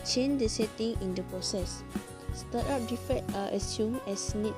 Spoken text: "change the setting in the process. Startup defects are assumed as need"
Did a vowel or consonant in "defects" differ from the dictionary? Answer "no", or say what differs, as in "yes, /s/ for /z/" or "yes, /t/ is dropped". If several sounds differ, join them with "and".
yes, /s/ is dropped